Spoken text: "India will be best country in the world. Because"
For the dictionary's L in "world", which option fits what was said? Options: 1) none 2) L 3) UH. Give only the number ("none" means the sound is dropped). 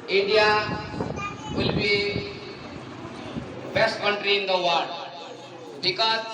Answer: 1